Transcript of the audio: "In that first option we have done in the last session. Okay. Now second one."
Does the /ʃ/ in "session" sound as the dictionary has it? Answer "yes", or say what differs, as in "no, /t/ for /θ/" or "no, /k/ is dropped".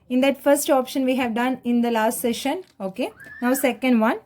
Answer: yes